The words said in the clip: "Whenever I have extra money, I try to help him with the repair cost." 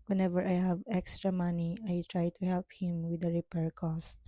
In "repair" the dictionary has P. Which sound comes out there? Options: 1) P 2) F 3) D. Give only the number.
1